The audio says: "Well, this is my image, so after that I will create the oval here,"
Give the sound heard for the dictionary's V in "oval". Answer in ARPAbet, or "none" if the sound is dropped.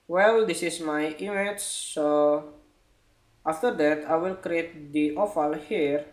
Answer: F